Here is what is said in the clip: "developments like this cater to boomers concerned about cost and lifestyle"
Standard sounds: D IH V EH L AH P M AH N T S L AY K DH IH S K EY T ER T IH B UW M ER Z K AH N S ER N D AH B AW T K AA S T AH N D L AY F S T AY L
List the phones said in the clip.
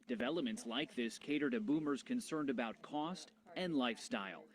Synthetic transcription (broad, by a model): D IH V EH L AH P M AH N T S L AY K DH IH S K EY T ER T IH B UW M ER Z K AH N S ER N D AH B AW T K AA S T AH N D L AY F S T AY L